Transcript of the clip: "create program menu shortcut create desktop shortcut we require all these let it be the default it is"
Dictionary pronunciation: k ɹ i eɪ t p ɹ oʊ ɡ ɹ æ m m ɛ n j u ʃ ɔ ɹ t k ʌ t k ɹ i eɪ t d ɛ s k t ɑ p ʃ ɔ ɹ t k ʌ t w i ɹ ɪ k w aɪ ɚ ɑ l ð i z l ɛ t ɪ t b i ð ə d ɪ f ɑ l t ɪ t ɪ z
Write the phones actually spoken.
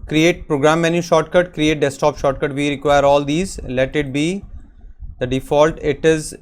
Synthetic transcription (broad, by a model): k ɹ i eɪ t p ɹ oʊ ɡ ɹ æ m m ɛ n j u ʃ ɔ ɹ t k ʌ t k ɹ i eɪ t d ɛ s t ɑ p ʃ ɔ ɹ t k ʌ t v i ɹ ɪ k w aɪ ɚ ɑ l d i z l ɛ t ɪ t b i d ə d ɪ f ɑ l t ɪ t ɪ z